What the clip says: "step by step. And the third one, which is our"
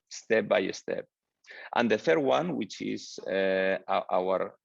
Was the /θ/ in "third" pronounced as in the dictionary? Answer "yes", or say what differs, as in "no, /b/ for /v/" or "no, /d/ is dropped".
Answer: yes